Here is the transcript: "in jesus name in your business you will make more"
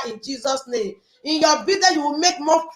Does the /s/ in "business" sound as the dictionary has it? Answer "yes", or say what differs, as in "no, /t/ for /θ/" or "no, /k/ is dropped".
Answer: no, /s/ is dropped